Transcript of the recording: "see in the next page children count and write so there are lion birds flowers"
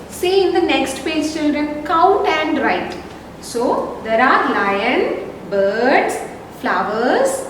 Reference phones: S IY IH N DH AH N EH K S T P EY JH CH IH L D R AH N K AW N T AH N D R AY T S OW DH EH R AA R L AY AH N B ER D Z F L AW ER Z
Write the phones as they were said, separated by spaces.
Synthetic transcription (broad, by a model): S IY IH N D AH N EH K S T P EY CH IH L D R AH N K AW T AH N D R AY T S OW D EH R AA R L AY AH N B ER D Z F L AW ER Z